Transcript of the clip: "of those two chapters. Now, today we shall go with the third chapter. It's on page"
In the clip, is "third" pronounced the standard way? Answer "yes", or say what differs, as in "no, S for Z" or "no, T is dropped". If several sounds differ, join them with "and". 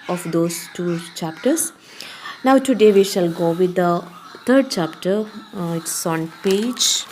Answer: no, T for TH